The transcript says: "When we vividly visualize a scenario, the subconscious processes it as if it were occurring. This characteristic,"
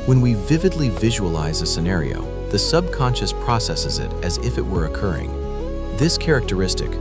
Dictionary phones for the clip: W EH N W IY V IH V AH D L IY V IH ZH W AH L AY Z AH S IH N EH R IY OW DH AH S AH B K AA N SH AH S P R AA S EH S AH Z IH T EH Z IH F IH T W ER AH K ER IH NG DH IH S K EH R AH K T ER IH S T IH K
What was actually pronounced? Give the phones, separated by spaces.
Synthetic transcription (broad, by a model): W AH N W IY V IH V AH D L IY V IH ZH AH L AY Z AH S IH N EH R IY OW DH AH S AH B K AA N SH AH S P R AA S EH S AH Z IH T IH Z IH F IH T W ER AH K ER IH NG DH IH S K EH R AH K T ER IH S T IH K